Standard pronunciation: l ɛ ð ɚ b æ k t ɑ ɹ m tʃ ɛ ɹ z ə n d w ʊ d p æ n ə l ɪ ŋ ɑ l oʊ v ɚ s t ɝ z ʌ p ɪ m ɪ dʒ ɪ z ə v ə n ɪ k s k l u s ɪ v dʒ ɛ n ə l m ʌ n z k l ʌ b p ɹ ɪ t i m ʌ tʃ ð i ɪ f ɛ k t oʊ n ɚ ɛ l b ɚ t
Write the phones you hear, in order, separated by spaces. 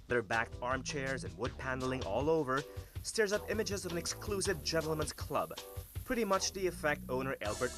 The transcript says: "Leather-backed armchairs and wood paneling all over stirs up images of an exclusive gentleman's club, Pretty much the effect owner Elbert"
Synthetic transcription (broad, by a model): ð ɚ b æ k t ɑ ɹ m tʃ ɛ ɹ z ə n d w ʊ d p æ n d l ɪ ŋ ɑ l oʊ v ɚ s t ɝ z ʌ p ɪ m ɪ dʒ ɪ z ə v ə n ɪ k s k l u s ɪ v dʒ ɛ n l m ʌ n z k l ʌ b p ɹ ɪ t i m ʌ tʃ ð i ɪ f ɛ k t oʊ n ɚ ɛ l b ɚ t